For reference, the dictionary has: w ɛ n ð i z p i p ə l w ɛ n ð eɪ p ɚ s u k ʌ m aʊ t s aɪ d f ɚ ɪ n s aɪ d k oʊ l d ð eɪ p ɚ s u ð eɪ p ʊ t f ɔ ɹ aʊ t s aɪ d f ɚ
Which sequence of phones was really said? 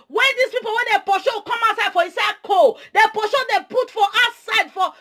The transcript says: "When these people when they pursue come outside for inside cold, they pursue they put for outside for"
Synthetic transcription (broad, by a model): w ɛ n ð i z p i p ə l w ɛ n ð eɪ p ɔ ʃ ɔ k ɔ m aʊ t s aɪ d f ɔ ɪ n s aɪ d k oʊ d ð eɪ p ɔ ʃ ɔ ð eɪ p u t f ɔ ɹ aʊ t s aɪ d f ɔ